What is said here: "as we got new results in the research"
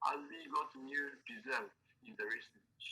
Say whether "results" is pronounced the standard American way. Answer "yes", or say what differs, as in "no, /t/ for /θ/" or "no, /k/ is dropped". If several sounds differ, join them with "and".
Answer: no, /s/ is dropped